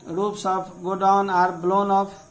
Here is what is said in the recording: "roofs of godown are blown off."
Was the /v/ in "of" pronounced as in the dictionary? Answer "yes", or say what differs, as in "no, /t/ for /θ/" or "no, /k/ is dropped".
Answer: no, /p/ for /v/